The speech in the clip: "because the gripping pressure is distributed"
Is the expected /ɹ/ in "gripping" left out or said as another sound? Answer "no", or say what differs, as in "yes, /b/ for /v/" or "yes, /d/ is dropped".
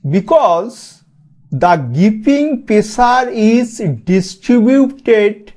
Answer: yes, /ɹ/ is dropped